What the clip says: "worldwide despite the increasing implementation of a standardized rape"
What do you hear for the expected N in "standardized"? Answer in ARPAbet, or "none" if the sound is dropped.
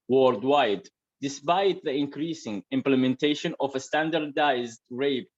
N